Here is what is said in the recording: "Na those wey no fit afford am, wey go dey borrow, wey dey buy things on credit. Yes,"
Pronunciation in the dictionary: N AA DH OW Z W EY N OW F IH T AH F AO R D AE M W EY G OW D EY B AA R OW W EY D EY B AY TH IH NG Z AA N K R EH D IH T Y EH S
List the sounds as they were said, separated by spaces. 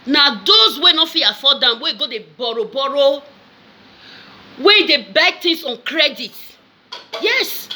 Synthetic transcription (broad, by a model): N AA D OW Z W EY N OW F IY AH F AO D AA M W EY G OW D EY B AA R OW W EY D EY B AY T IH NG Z AA N K R EH D IH T Y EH S